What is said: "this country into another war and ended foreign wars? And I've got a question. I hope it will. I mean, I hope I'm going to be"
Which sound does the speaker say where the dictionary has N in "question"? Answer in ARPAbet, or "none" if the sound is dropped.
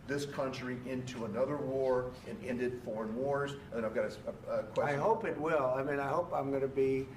none